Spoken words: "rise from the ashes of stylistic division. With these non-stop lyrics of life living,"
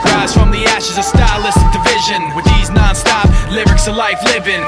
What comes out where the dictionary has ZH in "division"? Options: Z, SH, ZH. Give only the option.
ZH